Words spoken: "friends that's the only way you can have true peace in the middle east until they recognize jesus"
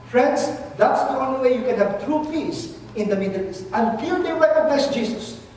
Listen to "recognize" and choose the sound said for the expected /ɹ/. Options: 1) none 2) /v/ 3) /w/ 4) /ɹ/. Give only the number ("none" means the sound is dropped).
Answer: 3